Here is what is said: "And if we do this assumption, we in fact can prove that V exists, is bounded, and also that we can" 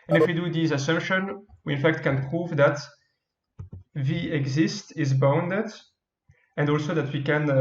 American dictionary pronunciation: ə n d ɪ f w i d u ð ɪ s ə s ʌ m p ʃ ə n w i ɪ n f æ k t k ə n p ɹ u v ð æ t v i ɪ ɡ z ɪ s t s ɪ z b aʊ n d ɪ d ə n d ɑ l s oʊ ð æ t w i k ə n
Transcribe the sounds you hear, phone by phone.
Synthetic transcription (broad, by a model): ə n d ɪ f w i d u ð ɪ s ə s ʌ m p ʃ ə n w i ɪ n f æ k t k ə n p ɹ u v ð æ t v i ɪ ɡ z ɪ s t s ɪ z b aʊ n d ɪ d ə n d ɑ l s oʊ ð æ t w i k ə n